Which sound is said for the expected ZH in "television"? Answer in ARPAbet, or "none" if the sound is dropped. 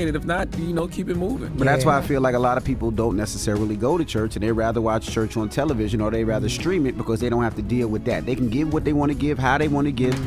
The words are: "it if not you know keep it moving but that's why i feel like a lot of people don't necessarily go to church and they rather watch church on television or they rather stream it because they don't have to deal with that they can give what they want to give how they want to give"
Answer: ZH